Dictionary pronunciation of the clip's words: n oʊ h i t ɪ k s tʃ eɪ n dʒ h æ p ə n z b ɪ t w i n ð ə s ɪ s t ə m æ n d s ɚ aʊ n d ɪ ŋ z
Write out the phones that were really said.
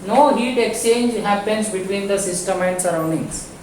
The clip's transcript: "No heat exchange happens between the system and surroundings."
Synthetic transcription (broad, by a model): n oʊ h i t ɪ k s tʃ eɪ n dʒ h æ p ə n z b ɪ t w i n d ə s ɪ s t ə m æ n d s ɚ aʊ n d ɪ ŋ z